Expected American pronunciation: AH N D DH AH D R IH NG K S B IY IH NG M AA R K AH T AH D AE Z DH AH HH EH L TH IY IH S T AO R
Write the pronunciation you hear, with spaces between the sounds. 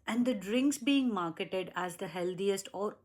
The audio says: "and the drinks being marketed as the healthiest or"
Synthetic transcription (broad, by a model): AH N D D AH D R IH NG K S B IY IH NG M AA R K AH T AH D AE Z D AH HH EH L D IY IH S T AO R